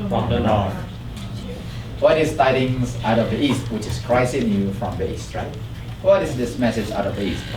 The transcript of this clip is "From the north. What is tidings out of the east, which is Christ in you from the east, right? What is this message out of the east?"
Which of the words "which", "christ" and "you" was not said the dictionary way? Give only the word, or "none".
christ